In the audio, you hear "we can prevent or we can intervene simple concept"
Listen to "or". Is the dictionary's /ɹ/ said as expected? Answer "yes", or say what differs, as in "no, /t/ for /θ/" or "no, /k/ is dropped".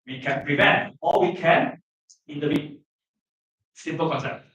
no, /l/ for /ɹ/